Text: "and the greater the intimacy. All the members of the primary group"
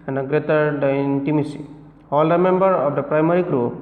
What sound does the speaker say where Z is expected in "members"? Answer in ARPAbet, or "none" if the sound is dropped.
none